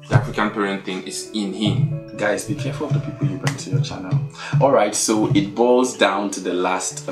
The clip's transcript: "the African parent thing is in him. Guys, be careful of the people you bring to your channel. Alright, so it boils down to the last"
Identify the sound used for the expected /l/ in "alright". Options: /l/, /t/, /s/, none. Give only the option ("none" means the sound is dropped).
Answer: /l/